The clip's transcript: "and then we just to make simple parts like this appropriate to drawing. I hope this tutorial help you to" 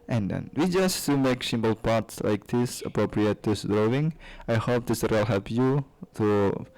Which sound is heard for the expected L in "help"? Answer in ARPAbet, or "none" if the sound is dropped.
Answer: none